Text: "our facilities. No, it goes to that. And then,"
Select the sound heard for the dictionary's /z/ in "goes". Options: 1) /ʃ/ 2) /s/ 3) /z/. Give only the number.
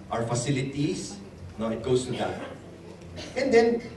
2